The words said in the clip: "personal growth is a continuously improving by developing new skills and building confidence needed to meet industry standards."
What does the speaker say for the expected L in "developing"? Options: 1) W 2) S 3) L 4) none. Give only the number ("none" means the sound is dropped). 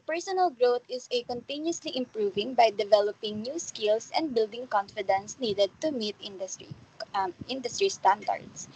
3